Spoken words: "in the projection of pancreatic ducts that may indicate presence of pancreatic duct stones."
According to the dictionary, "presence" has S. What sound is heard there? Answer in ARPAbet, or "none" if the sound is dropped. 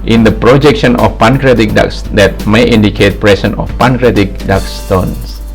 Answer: none